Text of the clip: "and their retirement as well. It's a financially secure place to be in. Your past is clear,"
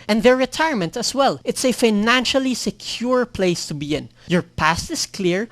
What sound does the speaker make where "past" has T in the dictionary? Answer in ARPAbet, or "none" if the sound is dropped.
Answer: T